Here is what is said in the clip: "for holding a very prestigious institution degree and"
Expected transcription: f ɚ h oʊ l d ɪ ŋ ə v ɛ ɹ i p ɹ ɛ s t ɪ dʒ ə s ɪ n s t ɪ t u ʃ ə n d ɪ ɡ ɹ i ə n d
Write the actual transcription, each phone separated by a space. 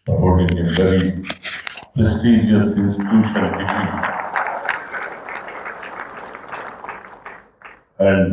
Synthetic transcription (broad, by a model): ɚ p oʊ d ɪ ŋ ə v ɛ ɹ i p ɹ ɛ s t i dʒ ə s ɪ n s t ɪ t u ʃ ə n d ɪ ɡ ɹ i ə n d